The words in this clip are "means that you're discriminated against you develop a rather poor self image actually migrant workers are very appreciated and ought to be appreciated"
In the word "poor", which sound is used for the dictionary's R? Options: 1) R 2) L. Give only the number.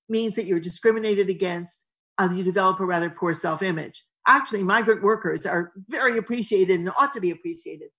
1